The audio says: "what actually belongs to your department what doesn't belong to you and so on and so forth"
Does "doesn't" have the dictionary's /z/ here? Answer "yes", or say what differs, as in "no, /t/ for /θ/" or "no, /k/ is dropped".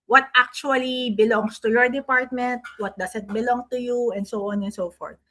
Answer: no, /s/ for /z/